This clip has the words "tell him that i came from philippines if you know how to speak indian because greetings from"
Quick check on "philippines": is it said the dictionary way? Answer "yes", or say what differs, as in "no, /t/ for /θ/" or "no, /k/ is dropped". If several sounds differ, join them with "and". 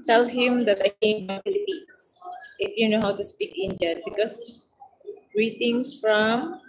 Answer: no, /s/ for /z/